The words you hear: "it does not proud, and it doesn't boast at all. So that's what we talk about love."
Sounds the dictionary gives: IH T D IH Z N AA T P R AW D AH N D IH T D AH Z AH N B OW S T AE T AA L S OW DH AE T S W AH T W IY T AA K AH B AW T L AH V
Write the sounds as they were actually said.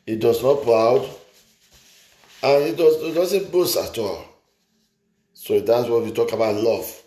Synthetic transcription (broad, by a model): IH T D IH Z N AA T P R AW D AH N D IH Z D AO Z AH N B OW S AA T AA L S OW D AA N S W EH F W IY T AA K AH B AW T L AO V